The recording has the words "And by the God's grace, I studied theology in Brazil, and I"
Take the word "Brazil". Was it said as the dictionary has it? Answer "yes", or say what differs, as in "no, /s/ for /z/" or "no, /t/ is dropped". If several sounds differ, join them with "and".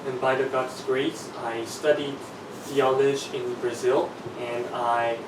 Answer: yes